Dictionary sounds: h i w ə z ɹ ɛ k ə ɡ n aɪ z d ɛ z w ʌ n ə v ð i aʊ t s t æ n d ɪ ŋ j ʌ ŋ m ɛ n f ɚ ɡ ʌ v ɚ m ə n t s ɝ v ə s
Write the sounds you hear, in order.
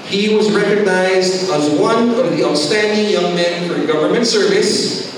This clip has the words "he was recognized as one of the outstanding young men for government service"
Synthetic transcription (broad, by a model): h i w ə z ɹ ɛ k ə ɡ n aɪ z d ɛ z w ʌ n ə v ð i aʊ s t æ n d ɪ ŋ j ʌ ŋ m ɛ n f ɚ ɡ ʌ v ɚ m ə n t s ɝ v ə s